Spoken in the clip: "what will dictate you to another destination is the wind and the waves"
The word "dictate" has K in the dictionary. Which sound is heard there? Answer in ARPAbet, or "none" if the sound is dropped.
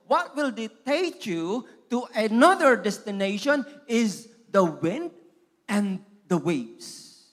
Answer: none